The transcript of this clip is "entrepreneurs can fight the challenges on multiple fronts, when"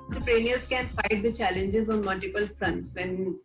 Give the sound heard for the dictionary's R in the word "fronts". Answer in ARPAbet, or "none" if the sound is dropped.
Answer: R